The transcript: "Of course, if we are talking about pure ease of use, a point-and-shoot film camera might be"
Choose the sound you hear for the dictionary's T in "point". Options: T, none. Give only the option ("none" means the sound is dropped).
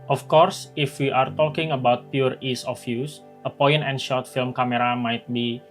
none